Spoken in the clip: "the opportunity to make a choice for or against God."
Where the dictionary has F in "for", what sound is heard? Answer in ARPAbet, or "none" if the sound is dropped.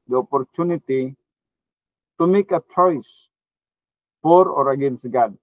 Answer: P